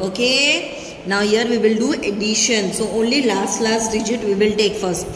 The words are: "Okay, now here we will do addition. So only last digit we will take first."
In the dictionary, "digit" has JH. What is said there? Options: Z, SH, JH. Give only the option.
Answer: JH